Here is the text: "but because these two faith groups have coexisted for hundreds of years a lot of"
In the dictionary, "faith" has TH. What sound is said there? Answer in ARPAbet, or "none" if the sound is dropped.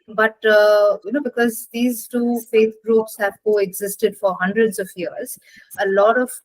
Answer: T